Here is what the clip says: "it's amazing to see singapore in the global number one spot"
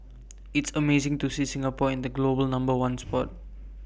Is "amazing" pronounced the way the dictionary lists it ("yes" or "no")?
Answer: no